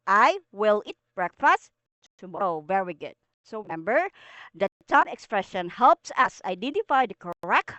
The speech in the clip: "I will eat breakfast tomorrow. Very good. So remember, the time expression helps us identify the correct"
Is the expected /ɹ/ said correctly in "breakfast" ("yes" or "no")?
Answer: yes